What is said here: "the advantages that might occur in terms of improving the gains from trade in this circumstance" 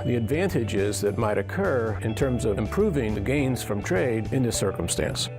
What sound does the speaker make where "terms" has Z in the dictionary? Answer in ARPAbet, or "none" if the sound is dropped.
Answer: Z